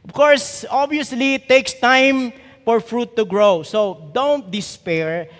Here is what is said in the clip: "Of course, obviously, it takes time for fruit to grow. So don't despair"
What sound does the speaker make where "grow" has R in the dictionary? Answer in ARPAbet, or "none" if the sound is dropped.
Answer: R